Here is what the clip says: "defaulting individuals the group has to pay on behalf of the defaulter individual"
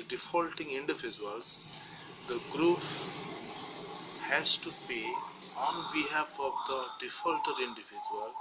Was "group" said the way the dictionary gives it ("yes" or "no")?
no